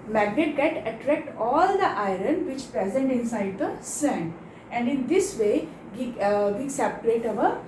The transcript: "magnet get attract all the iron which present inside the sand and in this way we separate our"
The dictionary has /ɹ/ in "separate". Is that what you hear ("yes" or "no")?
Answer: no